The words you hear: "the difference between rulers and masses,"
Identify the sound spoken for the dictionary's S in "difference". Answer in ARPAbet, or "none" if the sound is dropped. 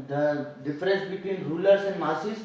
S